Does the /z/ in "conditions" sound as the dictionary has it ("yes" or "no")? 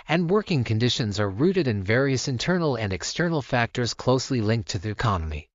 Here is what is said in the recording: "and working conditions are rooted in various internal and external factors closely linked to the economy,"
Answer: yes